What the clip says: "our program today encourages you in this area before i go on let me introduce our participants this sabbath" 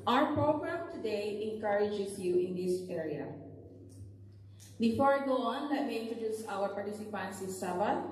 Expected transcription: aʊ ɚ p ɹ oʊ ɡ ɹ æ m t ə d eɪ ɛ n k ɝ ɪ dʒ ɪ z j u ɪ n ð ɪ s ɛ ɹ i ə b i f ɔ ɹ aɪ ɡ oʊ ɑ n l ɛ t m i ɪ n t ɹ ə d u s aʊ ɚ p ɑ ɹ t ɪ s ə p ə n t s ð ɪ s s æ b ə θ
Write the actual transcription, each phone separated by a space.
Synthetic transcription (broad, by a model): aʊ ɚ p ɹ oʊ ɡ ɹ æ m t ə d eɪ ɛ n k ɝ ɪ dʒ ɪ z j u ɪ n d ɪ s ɛ ɹ i ə b i f ɔ ɹ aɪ ɡ oʊ ɑ n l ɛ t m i ɪ n t ɹ ə d u s aʊ ɚ p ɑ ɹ t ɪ s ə p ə n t s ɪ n s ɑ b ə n